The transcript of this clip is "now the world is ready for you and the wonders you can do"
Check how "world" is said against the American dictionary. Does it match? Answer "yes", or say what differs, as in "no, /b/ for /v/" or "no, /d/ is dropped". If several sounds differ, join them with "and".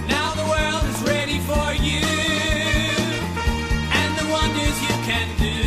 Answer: yes